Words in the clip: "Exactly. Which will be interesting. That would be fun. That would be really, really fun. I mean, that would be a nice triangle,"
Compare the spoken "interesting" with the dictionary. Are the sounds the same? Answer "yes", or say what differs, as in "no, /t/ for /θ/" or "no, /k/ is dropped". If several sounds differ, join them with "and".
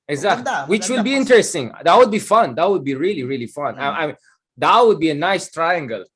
yes